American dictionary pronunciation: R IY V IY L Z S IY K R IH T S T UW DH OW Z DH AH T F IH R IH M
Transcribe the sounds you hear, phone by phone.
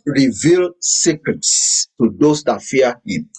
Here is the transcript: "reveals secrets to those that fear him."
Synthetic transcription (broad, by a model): R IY V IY L S IY K R IH T S T UW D OW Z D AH T F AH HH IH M